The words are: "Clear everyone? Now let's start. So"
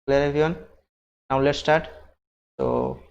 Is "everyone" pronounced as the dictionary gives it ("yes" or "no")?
no